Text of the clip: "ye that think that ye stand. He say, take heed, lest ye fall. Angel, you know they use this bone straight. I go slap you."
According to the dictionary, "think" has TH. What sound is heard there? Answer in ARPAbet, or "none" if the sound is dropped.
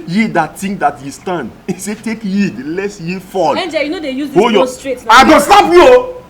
T